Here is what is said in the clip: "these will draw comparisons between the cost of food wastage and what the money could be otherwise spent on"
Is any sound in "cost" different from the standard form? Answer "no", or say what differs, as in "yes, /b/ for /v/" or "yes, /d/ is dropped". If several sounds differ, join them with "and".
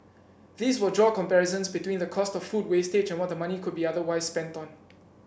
no